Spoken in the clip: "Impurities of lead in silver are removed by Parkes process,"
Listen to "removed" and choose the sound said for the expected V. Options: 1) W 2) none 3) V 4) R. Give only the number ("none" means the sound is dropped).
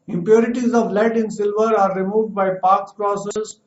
3